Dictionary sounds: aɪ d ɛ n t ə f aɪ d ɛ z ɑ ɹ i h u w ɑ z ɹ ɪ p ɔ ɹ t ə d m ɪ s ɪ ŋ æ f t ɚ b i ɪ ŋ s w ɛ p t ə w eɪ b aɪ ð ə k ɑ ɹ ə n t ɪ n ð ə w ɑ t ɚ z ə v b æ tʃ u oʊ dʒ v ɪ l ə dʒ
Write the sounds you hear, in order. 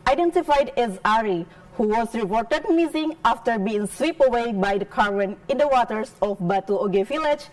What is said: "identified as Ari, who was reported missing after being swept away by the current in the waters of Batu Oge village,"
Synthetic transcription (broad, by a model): aɪ d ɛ n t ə f aɪ d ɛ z ɑ ɹ i h u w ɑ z ɹ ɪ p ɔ ɹ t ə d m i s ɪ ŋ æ f t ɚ b i ɪ ŋ s w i p ə w eɪ b aɪ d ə k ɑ ɹ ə n ɪ n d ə w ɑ t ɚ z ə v b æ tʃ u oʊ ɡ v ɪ l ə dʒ